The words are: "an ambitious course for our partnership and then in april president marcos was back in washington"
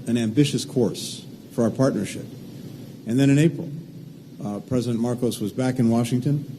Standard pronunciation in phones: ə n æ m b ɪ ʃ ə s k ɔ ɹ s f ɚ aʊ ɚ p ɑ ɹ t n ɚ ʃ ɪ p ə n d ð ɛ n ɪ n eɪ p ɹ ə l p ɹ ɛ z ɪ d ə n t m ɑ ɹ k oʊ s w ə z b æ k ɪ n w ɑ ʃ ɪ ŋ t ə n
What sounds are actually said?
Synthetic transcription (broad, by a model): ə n æ m b ɪ ʃ ə s k ɔ ɹ s f ɚ aʊ ɚ p ɑ ɹ t n ɚ ʃ ɪ p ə n ð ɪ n ɪ n eɪ p ɹ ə l p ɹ ɛ z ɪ d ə n m ɑ ɹ k oʊ s w ə z b æ k ɪ n w ɑ ʃ ɪ ŋ t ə n